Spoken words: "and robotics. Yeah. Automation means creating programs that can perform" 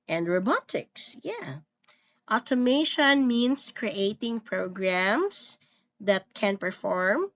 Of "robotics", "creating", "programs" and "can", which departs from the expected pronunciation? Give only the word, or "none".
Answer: programs